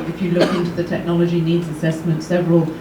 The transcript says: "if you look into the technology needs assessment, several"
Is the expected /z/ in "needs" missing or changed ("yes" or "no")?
no